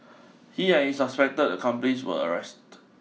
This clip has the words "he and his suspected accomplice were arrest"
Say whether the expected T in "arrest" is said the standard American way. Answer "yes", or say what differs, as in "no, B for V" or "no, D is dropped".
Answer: yes